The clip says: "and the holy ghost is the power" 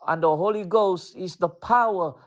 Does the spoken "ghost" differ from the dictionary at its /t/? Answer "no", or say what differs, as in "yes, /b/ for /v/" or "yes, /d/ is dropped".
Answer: no